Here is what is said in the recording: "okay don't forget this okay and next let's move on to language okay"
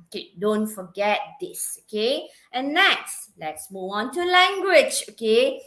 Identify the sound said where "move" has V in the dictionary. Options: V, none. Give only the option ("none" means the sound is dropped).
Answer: none